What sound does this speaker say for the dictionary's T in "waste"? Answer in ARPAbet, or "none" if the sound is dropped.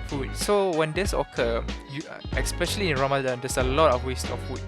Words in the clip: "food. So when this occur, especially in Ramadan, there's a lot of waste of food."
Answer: T